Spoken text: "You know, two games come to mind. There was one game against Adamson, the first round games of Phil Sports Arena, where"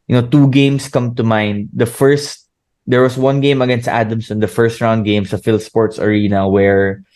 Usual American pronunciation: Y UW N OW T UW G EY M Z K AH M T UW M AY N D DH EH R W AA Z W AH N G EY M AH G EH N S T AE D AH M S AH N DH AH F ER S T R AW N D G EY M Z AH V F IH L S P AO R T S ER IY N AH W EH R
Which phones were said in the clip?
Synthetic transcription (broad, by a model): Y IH N OW T UW G EY M S K AH M T UW M AY N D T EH R W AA S W AH N G EY M AH G EH N S T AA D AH M S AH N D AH F ER S T R AW N D G EY M S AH F IH L S P AO R T S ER IY N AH W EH R